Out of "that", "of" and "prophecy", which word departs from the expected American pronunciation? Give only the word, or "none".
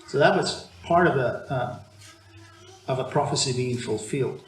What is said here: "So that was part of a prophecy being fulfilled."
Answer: none